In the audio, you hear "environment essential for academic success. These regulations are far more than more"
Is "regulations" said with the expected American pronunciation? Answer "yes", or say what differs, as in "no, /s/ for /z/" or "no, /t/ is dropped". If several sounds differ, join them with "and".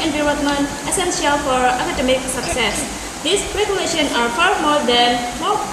no, /z/ is dropped